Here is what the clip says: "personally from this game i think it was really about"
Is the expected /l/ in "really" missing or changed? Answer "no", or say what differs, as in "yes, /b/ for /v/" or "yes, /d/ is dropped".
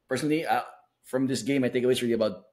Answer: yes, /l/ is dropped